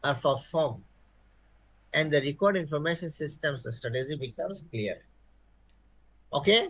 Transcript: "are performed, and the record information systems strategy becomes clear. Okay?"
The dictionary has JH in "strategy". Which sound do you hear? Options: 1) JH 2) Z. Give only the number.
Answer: 2